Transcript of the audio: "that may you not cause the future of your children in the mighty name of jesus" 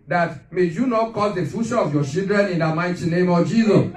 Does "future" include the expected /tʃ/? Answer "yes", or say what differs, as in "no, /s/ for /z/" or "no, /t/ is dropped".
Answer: no, /ʃ/ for /tʃ/